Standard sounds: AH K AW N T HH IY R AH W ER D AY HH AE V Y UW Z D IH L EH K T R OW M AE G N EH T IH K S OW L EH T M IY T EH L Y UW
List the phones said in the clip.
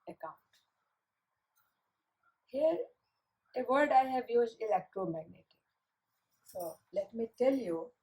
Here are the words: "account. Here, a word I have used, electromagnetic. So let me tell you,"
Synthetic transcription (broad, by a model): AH K AW N T HH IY R AH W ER D AY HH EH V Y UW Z IH L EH K T R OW M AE G N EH T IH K S OW L EH T M IY T EH L Y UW